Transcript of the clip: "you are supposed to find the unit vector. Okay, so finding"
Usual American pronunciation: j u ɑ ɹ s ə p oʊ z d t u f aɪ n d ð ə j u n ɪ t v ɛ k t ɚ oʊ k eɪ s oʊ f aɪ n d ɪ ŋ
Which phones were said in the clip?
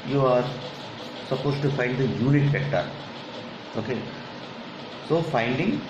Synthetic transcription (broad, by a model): j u ɑ ɹ s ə p oʊ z t u f aɪ n d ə j u n ɪ t f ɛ k t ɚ oʊ k eɪ s oʊ f aɪ n d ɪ ŋ